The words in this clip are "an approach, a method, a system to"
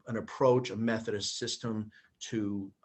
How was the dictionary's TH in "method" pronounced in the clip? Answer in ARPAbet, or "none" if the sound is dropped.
TH